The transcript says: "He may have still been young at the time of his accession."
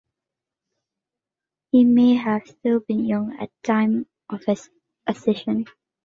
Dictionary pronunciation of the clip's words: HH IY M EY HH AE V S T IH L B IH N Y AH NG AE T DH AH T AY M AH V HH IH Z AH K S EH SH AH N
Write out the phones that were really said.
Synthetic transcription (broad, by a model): HH IY M EY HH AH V S T IH L B IH N Y AH NG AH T AY M AH V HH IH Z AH S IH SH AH N